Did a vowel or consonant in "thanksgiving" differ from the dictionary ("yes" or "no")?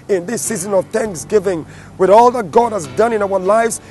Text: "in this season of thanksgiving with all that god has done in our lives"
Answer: no